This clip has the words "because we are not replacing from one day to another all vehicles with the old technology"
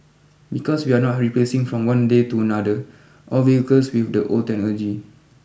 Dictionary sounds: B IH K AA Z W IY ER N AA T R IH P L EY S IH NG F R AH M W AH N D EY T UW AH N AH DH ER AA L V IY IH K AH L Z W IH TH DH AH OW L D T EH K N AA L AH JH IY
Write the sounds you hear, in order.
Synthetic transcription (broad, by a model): B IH K AA S W IY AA N AA T R IH P L EY S IH NG F R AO M W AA N D EY T UW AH N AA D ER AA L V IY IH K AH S W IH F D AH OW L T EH N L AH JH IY